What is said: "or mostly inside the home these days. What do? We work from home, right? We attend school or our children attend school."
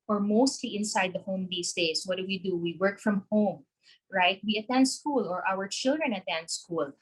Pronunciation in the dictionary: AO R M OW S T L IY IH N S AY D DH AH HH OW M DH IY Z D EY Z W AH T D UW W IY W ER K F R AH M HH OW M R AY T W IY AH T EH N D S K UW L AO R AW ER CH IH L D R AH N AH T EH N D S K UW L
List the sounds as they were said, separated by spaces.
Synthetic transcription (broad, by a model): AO R M OW S T L IY IH N S AY D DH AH HH OW M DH IY S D EY S W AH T D UW W IY W ER K F R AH M HH OW M R AY T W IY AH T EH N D S K UW L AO R AW ER CH IH L D R AH N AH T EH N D S K UW L